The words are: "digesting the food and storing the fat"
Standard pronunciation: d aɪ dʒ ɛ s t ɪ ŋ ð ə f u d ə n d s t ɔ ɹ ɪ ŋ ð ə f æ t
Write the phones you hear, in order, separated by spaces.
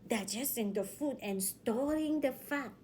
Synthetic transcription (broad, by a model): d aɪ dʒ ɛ s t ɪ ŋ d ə f u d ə n s t ɔ l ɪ ŋ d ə f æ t